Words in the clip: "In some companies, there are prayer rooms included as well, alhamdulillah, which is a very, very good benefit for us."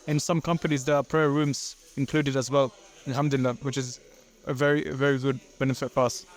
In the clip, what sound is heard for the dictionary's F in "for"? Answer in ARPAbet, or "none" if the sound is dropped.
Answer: P